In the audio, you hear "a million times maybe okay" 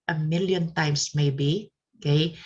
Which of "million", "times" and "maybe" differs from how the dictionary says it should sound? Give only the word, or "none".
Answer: times